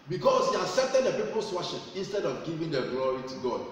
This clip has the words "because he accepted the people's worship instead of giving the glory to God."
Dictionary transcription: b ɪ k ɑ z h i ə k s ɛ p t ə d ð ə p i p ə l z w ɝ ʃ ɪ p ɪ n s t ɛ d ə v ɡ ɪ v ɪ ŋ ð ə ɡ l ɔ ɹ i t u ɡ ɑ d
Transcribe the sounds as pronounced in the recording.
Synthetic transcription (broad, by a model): b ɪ k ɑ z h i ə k s ɛ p t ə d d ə p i p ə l s w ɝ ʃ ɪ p ɪ n s t ɛ d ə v ɡ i v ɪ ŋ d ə ɡ l ɔ ɹ i t u ɡ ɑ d